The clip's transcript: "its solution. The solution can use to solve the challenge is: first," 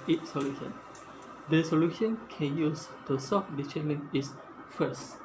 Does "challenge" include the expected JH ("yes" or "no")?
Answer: no